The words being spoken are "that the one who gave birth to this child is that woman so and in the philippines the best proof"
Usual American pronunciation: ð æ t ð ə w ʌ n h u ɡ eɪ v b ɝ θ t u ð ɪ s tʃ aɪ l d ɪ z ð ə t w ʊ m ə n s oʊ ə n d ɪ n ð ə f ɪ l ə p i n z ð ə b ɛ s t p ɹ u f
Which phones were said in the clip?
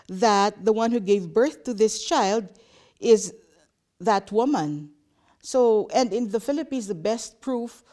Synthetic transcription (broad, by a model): ð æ t ð ə w ʌ n h u ɡ eɪ v b ɝ θ t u ð ɪ s tʃ aɪ l d ɪ z ð ə t w ʊ m ə n s oʊ ə n d ɪ n ð ə f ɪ l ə p i n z ð ə b ɛ s t p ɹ u f